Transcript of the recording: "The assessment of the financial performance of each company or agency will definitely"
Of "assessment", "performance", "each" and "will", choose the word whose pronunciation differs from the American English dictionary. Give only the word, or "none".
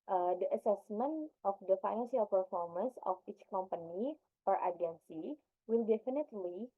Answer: none